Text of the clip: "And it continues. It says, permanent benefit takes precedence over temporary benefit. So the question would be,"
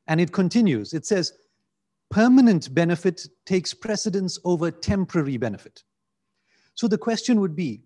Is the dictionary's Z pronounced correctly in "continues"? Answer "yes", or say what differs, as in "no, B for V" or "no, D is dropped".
yes